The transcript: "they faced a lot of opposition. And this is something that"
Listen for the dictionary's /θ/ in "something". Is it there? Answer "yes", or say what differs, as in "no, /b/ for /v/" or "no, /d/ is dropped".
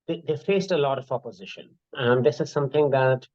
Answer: no, /t/ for /θ/